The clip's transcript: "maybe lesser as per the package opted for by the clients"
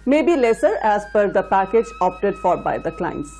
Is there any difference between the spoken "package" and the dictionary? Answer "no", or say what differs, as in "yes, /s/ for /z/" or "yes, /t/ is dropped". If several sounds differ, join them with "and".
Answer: no